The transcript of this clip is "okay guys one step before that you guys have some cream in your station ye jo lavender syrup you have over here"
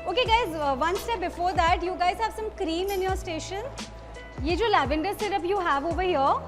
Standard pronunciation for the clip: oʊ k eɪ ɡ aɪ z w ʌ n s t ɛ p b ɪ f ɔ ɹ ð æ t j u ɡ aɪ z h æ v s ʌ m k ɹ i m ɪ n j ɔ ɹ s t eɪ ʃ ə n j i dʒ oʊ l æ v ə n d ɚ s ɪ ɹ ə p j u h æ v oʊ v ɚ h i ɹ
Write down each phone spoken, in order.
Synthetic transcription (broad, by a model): oʊ k eɪ ɡ aɪ z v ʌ n s t ɛ p b ɪ f ɔ ɹ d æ t j u ɡ aɪ z h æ v s ʌ m k ɹ i m ɪ n j ɔ ɹ s t eɪ ʃ ə n j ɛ dʒ oʊ l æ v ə n d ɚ s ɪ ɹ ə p j u h æ v oʊ v ɚ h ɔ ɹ